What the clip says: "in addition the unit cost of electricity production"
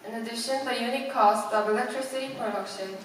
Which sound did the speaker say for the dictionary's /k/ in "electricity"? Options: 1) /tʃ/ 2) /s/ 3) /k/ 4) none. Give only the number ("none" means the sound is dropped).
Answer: 3